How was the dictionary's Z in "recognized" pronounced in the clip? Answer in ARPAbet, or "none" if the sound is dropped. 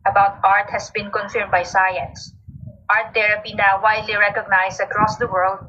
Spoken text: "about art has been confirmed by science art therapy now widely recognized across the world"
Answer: S